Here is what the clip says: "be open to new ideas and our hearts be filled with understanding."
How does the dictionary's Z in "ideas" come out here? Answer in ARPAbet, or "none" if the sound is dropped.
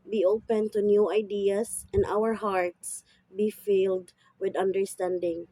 S